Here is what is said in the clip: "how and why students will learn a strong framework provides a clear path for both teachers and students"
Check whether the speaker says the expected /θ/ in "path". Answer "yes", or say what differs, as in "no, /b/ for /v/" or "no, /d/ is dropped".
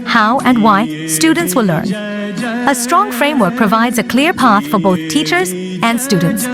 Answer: yes